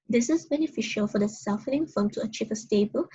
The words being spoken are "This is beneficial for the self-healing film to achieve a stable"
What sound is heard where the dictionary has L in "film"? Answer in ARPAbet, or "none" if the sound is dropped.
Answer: none